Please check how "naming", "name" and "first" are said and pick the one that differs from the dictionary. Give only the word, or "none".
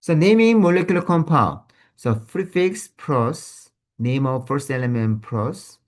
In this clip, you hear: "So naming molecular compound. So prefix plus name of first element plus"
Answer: none